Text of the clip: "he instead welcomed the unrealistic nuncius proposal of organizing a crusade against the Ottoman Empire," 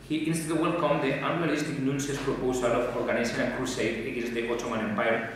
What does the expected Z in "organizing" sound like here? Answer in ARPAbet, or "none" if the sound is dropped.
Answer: S